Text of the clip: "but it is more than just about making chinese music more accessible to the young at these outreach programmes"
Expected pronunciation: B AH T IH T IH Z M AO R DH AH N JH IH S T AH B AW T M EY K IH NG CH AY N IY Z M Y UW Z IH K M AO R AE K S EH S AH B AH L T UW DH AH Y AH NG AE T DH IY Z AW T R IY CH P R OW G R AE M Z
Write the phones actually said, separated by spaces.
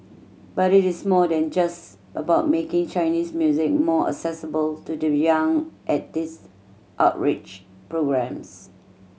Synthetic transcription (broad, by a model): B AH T IH T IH S M AO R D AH N JH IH S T AH B AW T M EY K IH NG CH AY N IY S M Y UW Z IH K M AO AE K S EH S AH B AH L T UW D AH Y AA NG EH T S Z AW T R IY CH P R OW G R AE M S